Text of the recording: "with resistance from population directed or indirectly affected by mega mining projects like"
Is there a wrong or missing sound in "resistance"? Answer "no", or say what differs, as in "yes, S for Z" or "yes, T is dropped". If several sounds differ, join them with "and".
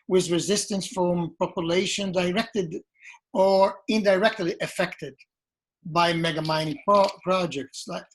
no